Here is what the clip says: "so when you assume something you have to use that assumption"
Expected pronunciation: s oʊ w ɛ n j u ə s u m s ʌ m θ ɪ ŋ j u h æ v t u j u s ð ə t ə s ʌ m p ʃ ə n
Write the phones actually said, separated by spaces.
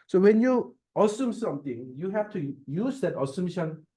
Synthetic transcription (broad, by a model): s oʊ w ɛ n j u ə s u m s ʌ m t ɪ ŋ j u h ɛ f t u j u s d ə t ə s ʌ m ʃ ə n